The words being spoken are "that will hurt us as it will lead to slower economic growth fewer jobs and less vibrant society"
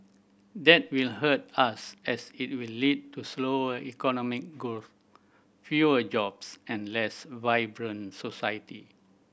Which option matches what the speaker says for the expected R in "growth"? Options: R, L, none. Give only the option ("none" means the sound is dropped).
none